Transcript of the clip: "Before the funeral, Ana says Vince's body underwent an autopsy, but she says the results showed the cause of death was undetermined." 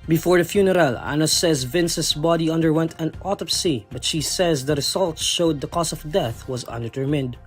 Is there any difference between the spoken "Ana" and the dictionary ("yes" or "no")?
no